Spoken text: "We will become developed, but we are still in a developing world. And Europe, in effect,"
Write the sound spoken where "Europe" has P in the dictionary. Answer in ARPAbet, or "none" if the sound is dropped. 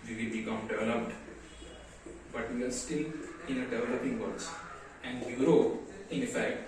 none